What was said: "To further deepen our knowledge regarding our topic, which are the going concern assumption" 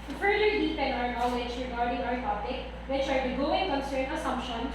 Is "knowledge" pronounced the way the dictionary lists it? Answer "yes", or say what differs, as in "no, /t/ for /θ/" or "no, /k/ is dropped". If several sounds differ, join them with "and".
no, /w/ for /l/ and /tʃ/ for /dʒ/